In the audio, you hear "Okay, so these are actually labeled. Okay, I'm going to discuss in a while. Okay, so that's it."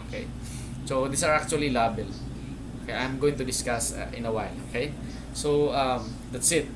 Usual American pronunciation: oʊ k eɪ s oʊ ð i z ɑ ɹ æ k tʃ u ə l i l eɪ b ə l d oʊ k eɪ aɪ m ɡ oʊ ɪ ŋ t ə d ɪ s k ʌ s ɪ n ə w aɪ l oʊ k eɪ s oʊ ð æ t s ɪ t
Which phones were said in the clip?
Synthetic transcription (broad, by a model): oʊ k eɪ s oʊ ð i s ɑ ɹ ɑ k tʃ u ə l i l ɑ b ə l oʊ k eɪ aɪ m ɡ oʊ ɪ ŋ t ə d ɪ s k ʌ s ɪ n ə w aɪ l oʊ k eɪ s oʊ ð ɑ t s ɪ t